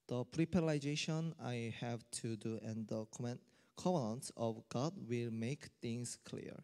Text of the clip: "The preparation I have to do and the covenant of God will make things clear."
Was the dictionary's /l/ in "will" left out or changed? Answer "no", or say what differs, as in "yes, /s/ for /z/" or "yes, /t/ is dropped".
no